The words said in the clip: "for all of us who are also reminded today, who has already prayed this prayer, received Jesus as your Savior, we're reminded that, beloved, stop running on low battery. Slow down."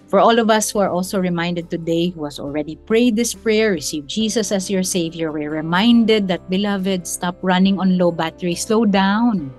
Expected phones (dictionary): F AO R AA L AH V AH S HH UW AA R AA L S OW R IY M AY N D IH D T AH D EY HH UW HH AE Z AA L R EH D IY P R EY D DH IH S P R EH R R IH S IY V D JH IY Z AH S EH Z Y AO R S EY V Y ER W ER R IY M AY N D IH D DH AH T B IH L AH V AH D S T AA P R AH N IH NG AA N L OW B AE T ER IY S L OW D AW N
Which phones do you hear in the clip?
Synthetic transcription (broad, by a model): F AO R AA L AH V AH S HH UW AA R AA L S OW R IY M AY N D IH D T AH D EY HH UW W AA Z AA L R EH D IY P R EY D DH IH S P R EH R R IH S IY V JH IY S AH S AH S Y AO R S EY V Y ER W ER R IY M AY N D IH D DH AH T B IH L AH V AH D S T AA P R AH N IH NG AA N L OW B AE T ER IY S L OW D AW N